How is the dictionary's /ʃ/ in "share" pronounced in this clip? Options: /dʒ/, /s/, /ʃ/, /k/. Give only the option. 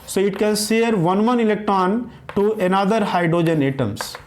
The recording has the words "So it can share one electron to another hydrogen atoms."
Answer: /s/